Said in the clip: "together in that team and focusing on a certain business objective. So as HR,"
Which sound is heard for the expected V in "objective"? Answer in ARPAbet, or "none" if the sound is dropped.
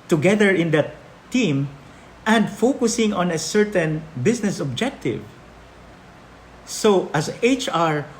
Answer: V